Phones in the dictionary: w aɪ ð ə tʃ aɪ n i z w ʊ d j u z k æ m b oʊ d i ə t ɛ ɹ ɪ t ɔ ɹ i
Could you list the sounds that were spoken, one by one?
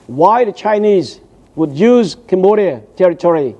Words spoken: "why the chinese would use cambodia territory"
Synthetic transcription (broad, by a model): w aɪ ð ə tʃ aɪ n i z w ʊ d j u z k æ m b oʊ d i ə t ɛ ɹ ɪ t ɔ ɹ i